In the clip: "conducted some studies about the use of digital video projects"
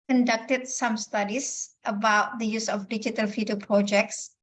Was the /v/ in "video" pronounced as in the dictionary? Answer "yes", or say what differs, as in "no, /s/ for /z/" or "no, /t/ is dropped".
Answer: no, /f/ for /v/